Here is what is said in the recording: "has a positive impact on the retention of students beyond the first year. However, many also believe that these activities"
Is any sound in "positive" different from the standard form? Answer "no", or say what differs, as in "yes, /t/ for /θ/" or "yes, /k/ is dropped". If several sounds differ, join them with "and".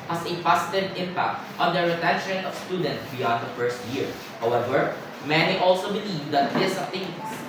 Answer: yes, /s/ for /z/